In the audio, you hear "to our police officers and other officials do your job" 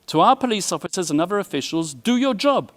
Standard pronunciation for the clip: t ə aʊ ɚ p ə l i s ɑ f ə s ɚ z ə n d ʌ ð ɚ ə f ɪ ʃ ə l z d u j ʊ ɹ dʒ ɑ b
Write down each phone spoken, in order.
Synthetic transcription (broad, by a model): t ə aʊ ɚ p ə l i s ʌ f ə s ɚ z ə n ʌ ð ɚ ə f ɪ ʃ ə l z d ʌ j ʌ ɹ dʒ ɑ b